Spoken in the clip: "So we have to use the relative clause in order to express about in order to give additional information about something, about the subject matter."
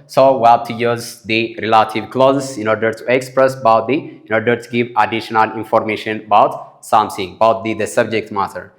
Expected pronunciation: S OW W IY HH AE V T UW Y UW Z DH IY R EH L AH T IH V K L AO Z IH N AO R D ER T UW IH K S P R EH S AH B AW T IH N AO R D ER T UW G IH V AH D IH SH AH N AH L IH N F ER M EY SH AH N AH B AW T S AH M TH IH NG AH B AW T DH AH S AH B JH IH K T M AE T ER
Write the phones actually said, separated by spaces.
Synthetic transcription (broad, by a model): S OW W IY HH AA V T UW Y UW Z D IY R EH L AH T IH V K L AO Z IH N AO R D ER T UW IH K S P R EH S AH B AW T IH N AO R D ER T UW G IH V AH D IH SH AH N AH L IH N F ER M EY SH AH N AH B AW T S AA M S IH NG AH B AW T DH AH S AH B JH IH K T M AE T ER